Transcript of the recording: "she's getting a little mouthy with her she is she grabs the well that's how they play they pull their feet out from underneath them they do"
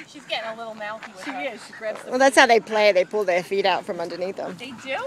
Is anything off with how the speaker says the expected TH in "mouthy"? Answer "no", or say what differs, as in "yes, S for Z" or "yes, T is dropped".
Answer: yes, T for TH